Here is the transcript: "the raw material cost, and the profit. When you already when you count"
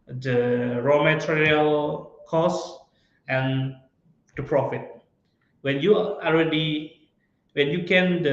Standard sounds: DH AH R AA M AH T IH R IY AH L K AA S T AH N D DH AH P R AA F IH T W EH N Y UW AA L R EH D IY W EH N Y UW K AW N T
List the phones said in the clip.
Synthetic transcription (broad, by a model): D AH R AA M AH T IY R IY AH L K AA S AH N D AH P R AA F IH T W EH N Y UW AA L R EH D IY W EH N Y UW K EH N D